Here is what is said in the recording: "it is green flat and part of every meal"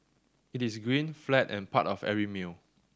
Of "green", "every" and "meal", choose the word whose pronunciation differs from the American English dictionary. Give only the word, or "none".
every